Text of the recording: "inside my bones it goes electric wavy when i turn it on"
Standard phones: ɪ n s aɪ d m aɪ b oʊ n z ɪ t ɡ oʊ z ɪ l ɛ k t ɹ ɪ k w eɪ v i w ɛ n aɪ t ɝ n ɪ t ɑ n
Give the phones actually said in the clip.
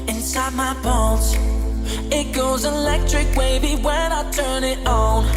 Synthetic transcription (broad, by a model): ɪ n s aɪ d m aɪ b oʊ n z ɪ t ɡ oʊ z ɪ l ɛ k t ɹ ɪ k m eɪ b i w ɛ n aɪ t ɝ n ɪ t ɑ n